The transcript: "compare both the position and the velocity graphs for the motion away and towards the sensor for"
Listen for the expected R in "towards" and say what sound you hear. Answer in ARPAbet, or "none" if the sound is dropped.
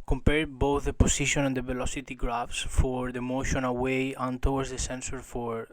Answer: W